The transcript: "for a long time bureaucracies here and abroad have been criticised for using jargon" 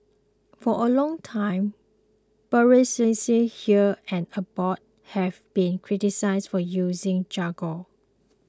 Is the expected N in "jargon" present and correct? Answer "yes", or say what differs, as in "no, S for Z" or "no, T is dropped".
no, N is dropped